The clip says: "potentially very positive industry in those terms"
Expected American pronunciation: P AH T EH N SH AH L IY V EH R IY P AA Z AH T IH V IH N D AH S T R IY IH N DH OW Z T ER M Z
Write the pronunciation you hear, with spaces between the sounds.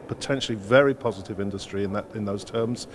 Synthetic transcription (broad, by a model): P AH T EH N SH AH L IY V EH R IY P AA Z AH T IH V IH N D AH S T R IY IH N DH OW Z T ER M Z